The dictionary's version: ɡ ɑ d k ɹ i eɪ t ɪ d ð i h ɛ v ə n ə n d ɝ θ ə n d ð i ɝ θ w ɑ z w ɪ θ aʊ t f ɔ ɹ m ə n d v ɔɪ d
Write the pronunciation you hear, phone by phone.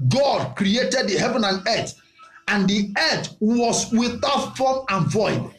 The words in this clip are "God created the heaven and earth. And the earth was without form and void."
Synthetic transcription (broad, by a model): ɡ ɑ d k ɹ i eɪ t ɪ d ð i h ɛ v ə n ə n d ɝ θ ə n d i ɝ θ w ɑ s w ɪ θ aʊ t f ɔ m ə n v ɔɪ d